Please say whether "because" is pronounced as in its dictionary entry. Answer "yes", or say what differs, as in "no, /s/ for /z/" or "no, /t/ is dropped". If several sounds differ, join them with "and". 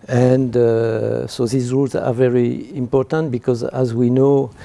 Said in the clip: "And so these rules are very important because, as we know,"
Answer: yes